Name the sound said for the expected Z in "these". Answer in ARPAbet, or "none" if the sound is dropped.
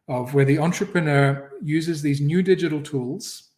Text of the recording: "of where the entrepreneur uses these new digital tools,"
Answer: Z